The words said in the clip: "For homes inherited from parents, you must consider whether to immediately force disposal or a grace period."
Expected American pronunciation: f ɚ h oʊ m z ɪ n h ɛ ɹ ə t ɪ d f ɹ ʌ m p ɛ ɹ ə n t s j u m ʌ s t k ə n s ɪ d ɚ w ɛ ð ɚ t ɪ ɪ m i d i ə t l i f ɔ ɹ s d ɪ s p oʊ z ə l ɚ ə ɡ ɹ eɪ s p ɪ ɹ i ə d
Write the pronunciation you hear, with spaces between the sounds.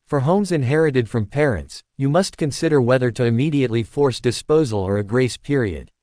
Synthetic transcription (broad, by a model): f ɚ h oʊ m z ɪ n h ɛ ɹ ə t ɪ d f ɹ ʌ m p ɛ ɹ ə n t s j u m ʌ s t k ə n s ɪ d ɚ w ɛ ð ɚ t ɪ ɪ m i d i ə t l i f ɔ ɹ s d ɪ s p oʊ z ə l ɚ ə ɡ ɹ eɪ s p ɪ ɹ i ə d